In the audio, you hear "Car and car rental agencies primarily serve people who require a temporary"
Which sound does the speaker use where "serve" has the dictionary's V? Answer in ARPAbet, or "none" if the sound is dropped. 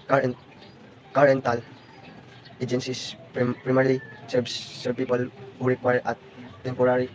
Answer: B